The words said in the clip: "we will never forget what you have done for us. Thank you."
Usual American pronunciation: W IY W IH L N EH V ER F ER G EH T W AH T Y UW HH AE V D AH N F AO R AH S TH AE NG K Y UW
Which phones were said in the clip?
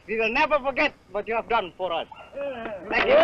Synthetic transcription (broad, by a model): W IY W IH L N EH V ER F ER G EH T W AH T Y UW HH AE V D AH N F AO R AH S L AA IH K